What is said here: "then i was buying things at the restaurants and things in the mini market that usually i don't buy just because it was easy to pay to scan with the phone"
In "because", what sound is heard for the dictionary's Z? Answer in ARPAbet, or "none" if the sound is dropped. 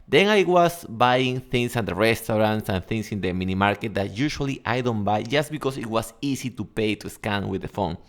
S